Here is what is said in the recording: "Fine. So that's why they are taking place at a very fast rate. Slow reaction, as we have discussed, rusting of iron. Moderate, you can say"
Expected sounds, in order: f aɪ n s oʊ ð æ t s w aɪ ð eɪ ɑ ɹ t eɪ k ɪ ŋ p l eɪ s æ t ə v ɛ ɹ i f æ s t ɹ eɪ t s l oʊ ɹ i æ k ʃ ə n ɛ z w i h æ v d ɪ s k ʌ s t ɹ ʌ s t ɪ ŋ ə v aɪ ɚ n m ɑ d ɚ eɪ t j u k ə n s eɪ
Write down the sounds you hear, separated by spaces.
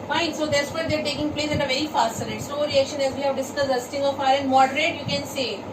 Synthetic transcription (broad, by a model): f aɪ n s oʊ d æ t s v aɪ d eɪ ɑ ɹ t eɪ k ɪ ŋ p l eɪ s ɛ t ə v ɛ ɹ i f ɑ s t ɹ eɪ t s oʊ ɹ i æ k ʃ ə n ɛ z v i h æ v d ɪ s ɪ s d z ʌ s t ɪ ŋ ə f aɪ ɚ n m ɑ d ɚ eɪ t j u k ə n s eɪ